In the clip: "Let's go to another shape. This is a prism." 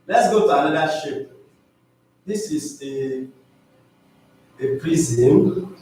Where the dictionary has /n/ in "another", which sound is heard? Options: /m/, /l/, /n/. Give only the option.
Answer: /l/